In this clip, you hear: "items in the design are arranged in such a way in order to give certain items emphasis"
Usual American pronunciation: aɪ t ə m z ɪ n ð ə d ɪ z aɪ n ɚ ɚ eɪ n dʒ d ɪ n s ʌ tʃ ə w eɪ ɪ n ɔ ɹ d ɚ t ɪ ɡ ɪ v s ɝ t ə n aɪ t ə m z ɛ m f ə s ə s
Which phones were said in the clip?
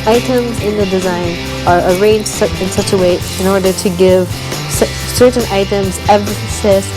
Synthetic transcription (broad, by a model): aɪ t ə m z ɪ n ð ə d ɪ z aɪ n ɚ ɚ eɪ n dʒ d ɪ n s ʌ tʃ ə w eɪ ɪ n ɔ ɹ d ɚ t ɪ ɡ ɪ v s ɝ t n aɪ t ə m z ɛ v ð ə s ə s